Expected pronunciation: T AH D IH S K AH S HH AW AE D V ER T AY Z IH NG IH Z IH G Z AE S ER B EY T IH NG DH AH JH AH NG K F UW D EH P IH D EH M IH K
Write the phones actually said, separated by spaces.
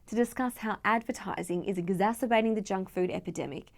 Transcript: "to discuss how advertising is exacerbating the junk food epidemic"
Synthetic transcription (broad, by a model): T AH D IH S K AH S HH AW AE D V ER T AY Z IH NG IH Z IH G Z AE S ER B EY T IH NG DH AH JH AH NG K F UW D EH P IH D EH M IH K